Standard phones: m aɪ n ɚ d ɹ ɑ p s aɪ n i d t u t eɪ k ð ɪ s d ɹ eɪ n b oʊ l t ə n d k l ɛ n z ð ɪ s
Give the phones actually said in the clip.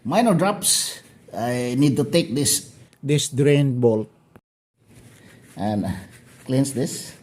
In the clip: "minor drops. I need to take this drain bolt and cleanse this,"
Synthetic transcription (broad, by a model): m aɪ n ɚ d ɹ ɑ p s aɪ n i d t u t eɪ k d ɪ s d ɹ eɪ n b oʊ l t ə n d k l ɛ n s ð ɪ s